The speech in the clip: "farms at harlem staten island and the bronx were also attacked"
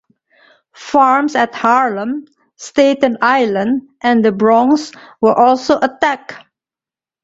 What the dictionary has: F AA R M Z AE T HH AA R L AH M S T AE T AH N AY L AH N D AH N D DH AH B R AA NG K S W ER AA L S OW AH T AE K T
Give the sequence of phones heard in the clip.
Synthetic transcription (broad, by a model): F AA R M S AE T HH AA R L AH M S T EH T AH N AY L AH N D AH N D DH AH B R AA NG S W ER AA L S OW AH T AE K